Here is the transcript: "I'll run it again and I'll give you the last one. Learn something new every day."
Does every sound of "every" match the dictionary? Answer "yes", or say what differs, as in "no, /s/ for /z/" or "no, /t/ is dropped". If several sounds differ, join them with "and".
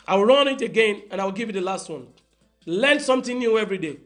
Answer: yes